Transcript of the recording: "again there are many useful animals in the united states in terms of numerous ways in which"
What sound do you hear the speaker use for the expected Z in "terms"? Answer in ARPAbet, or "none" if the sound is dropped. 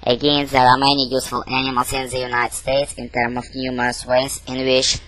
none